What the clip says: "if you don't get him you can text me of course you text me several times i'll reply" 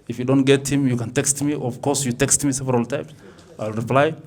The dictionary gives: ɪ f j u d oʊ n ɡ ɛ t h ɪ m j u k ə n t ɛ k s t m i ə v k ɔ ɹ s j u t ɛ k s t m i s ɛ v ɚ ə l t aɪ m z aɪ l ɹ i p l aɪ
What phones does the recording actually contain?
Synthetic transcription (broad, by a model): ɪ f j u d oʊ n ɡ ɛ t h ɪ m j u k ə n t ɛ k s t m i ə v k ɔ ɹ s j u t ɛ k s t m i s ɛ v ɚ ə l t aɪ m s aɪ l ɹ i p l aɪ